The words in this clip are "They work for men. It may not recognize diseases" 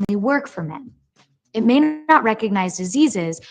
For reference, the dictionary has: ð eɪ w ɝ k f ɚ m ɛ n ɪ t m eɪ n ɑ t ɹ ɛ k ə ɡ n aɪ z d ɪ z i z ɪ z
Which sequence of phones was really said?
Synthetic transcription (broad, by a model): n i w ɝ k f ɚ m ɛ n ɪ t m eɪ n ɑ t ɹ ɛ k ə ɡ n aɪ z d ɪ z i z ɪ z